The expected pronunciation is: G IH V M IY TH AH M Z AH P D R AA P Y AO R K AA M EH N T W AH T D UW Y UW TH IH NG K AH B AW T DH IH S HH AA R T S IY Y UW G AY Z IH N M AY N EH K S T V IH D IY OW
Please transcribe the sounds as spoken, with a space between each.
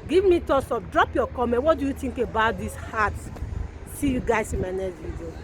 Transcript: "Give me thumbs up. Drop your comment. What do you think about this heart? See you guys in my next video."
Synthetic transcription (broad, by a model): G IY V M IY T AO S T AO F D R AA P Y AO K AA M EH N T W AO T D UW Y UW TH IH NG K AH B AW T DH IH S HH AA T S IY Y UW G AY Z IH N M AY N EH S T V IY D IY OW